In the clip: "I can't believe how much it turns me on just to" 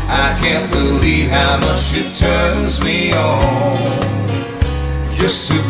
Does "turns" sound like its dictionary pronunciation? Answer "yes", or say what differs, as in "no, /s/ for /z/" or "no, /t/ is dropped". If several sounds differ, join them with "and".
yes